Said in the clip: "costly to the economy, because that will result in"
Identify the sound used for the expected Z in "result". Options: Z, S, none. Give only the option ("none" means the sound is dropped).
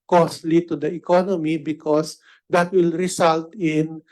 S